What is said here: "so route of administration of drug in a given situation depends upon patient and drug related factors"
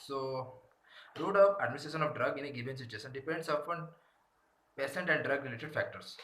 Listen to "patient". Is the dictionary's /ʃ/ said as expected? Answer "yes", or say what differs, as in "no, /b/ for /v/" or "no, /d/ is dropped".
no, /s/ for /ʃ/